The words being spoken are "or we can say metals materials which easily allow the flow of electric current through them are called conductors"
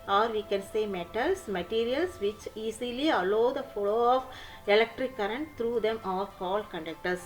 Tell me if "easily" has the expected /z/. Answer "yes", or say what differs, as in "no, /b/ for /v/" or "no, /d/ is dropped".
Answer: no, /s/ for /z/